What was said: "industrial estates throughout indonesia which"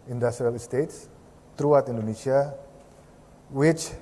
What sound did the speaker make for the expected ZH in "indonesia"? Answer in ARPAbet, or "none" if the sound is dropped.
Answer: S